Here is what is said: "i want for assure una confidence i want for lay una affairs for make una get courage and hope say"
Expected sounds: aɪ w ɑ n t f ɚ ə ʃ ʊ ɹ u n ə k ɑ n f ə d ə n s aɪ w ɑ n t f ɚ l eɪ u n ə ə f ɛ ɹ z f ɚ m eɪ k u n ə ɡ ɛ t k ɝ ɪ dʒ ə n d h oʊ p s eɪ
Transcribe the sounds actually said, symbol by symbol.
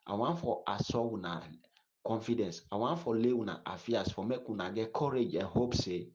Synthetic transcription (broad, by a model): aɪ w ɑ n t f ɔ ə s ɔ w u n ə k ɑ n f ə d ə n s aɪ w ɑ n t f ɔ l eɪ u n ə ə f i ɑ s f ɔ m eɪ k u n ə ɡ ɛ t k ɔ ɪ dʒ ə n h oʊ p s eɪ